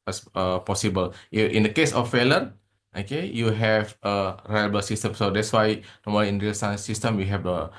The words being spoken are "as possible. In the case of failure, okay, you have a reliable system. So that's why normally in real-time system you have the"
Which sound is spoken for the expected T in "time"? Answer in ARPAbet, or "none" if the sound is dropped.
S